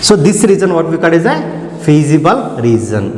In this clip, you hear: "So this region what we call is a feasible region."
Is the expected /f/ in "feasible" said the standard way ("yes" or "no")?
no